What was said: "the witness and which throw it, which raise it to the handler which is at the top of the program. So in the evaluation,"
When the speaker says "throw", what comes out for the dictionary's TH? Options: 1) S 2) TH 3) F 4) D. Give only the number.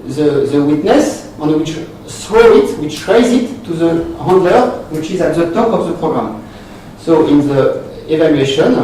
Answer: 1